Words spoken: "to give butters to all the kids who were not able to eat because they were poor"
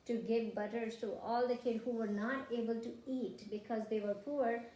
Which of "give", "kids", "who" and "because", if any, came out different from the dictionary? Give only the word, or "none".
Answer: kids